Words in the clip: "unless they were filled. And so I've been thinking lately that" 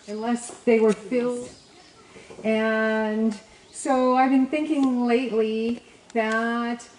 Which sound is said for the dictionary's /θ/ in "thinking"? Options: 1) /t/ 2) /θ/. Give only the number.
2